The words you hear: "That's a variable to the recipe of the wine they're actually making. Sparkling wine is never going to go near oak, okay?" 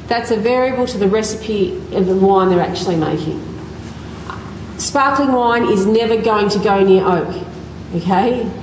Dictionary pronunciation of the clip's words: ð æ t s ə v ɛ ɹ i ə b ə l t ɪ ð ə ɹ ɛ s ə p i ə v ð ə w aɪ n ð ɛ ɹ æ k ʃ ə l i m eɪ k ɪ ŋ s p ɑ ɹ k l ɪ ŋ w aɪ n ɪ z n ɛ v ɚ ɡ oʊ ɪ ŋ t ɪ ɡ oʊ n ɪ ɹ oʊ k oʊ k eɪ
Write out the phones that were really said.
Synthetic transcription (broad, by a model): ð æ t s ə v ɛ ɹ i ə b ə l t ɪ ð ə ɹ ɛ s ə p i ə v ð ə w aɪ n ð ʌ ɹ æ k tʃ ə l i m eɪ k ɪ ŋ s p ɑ ɹ k l ɪ ŋ w aɪ n ɪ z n ɛ v ɚ ɡ oʊ ɪ ŋ t ɪ ɡ oʊ n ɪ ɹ oʊ k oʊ k eɪ